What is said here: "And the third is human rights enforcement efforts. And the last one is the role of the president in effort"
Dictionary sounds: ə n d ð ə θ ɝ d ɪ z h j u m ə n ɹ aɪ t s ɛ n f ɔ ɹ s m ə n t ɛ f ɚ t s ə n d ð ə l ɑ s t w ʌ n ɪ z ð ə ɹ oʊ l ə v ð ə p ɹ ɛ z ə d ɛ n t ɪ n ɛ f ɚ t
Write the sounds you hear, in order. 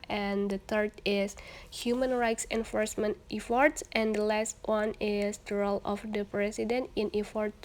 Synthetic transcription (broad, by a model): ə n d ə t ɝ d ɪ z h j u m ə n ɹ aɪ t s ɛ n f ɔ ɹ s m ə n t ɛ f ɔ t s ə n d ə l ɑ s t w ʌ n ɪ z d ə ɹ oʊ l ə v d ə p ɹ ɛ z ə d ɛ n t ɪ n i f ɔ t